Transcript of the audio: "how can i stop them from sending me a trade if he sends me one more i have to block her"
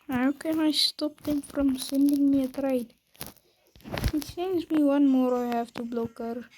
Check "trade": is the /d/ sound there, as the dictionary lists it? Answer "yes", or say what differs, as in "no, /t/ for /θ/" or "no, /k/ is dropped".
no, /d/ is dropped